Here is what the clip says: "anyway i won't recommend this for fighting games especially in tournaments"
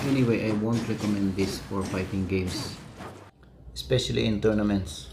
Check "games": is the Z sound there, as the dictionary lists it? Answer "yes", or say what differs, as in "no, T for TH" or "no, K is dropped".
no, S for Z